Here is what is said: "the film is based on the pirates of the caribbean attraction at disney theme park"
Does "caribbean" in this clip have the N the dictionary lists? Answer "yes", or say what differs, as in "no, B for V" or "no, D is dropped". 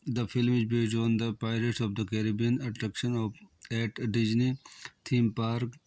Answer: yes